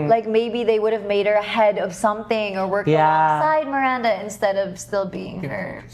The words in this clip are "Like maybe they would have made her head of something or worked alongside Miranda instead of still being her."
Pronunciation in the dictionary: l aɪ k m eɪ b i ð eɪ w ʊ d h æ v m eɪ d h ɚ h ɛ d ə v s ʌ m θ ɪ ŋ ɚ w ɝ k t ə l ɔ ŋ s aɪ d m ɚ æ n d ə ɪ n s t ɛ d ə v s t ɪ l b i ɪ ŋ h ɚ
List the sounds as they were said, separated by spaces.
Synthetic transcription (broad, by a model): l aɪ k m eɪ b i ð eɪ w ʊ d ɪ v m eɪ d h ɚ h ɛ d ə v s ʌ m θ ɪ ŋ ɚ w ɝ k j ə s aɪ d m ɚ æ n d ə ɪ n s t ɛ d ə v s t ɪ l b i ɪ ŋ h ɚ